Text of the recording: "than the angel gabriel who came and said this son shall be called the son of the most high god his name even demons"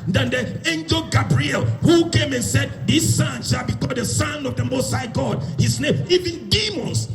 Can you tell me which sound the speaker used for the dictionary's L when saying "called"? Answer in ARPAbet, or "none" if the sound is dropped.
none